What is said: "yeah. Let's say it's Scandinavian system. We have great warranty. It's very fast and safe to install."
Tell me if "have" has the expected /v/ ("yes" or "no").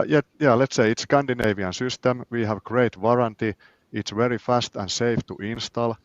yes